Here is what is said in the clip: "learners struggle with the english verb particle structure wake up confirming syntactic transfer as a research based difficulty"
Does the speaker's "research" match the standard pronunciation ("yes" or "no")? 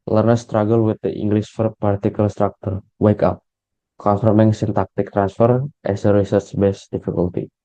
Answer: no